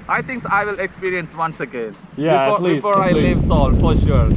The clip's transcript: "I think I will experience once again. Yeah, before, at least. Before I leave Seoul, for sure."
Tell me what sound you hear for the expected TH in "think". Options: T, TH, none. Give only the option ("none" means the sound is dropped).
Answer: T